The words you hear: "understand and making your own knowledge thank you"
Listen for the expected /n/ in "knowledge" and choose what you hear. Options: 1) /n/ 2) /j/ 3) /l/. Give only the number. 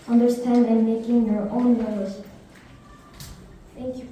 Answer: 3